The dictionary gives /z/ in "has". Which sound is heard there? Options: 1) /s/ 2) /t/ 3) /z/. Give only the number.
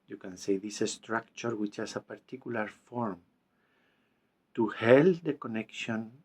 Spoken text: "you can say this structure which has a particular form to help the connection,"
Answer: 1